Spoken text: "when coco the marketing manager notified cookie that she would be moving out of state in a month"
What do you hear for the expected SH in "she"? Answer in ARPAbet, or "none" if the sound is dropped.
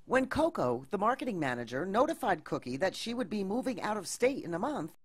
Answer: SH